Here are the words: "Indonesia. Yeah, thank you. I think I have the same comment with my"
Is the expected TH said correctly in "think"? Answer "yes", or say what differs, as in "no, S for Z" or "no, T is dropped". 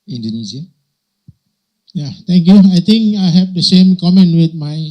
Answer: no, T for TH